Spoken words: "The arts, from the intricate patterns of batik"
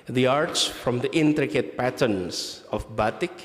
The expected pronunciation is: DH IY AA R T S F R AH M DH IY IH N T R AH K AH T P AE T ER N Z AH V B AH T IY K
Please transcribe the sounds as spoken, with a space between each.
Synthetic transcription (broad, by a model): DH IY AA R T S F R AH M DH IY IH N T R AH K AH T P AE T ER N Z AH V B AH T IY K